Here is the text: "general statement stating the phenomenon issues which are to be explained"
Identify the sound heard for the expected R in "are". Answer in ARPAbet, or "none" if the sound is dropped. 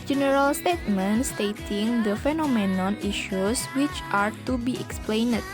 R